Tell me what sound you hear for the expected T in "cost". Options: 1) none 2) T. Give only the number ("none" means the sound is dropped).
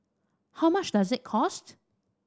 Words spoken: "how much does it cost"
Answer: 2